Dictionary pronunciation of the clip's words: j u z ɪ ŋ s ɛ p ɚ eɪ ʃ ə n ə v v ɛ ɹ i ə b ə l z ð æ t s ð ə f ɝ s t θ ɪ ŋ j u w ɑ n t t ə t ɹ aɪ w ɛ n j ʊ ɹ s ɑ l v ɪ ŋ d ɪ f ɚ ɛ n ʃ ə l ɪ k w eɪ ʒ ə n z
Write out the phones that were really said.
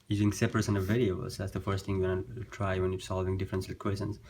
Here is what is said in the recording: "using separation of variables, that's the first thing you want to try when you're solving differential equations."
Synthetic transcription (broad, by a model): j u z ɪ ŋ s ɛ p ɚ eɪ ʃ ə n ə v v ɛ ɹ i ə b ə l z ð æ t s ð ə f ɝ s t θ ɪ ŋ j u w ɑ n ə t ɹ aɪ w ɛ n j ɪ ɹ s ɑ l v ɪ ŋ d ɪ f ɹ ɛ n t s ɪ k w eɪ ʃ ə n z